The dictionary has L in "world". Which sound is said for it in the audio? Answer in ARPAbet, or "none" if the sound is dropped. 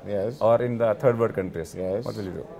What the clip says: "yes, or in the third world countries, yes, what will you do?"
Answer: none